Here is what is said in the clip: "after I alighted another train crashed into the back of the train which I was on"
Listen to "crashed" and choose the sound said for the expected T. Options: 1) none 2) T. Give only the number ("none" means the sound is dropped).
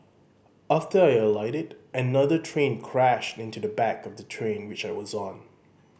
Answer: 2